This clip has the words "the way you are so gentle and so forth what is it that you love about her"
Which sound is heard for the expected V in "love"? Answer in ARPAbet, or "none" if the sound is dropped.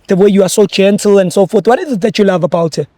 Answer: V